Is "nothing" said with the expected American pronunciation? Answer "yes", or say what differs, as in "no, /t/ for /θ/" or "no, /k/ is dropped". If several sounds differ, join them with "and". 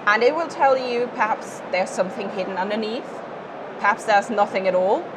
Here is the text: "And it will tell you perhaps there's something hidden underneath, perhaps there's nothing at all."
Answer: yes